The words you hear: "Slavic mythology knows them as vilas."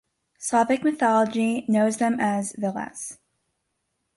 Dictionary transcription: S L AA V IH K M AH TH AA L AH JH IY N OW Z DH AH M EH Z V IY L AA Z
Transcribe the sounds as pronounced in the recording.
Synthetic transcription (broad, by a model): S AA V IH K M AH TH AA L AH JH IY N OW Z DH AH M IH Z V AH L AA S